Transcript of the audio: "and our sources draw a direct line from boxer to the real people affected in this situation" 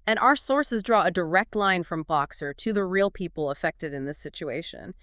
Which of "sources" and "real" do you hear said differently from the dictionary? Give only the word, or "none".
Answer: none